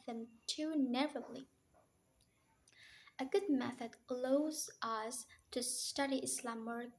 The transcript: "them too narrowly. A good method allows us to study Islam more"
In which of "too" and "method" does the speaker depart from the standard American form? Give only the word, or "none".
none